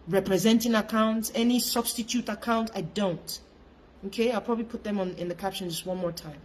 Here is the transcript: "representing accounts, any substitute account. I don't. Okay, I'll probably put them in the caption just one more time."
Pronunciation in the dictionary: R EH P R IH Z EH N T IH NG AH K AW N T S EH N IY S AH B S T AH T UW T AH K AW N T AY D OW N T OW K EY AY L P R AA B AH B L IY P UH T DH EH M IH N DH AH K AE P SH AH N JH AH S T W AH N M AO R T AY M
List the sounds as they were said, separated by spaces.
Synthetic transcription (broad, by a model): R EH P R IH Z EH N T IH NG AH K AW N T S EH N IY S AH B S T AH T UW T AH K AW N T AY D OW N T OW K EY AY L P R AA B AH B L IY P UH T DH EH M IH N DH AH K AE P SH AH N JH AH S T W AH N M AO R T AY M